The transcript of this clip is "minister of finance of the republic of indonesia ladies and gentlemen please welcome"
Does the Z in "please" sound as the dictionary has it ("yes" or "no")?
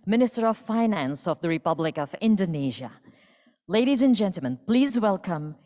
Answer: yes